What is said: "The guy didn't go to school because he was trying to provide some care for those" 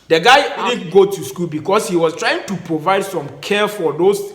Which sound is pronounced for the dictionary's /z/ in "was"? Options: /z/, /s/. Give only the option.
/s/